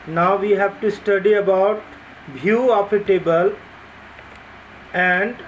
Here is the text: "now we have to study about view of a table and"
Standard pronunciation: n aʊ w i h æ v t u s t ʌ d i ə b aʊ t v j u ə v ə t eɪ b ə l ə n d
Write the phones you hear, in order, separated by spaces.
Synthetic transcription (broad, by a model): n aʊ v i h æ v t u s t ʌ d i ə b aʊ t b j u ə p ə t eɪ b ə l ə n d